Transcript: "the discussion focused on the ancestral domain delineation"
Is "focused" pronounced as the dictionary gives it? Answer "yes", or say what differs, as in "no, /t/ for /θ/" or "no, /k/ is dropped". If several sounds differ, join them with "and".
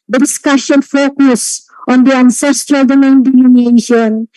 no, /t/ is dropped